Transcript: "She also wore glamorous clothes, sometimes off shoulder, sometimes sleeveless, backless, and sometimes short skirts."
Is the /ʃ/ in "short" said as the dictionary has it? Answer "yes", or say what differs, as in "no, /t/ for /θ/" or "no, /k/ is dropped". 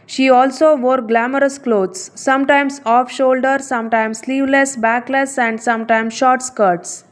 yes